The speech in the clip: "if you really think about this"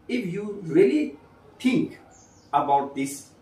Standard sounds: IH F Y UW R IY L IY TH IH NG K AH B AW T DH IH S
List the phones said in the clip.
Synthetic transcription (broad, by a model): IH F Y UW R IY L IY T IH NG K AH B AW T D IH S